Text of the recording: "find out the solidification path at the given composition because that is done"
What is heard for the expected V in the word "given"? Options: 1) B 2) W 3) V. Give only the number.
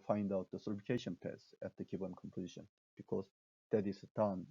1